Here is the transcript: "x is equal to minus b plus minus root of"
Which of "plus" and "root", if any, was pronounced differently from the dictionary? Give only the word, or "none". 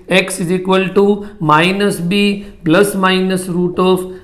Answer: plus